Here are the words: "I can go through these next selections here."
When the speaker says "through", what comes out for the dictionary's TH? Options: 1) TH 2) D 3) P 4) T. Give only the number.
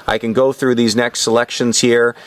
1